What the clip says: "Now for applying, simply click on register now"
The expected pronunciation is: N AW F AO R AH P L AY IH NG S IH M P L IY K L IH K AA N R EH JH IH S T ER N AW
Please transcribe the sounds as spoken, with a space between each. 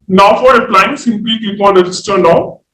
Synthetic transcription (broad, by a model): N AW F AO R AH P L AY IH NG S IH M P L IY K IY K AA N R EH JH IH S T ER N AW